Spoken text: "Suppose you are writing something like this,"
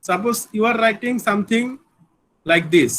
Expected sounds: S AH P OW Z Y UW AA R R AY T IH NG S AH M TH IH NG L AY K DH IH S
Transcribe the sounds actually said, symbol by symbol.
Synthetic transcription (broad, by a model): S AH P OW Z Y UW AA R R AY T IH NG S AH M T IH NG L AY K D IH S